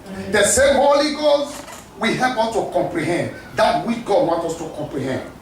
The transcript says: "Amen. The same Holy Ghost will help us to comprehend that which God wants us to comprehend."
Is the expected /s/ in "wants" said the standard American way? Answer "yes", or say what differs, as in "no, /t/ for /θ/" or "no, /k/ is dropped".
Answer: no, /s/ is dropped